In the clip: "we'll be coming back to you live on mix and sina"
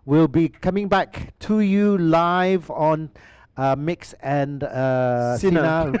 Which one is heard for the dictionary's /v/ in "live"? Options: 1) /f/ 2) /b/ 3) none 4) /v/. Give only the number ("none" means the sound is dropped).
4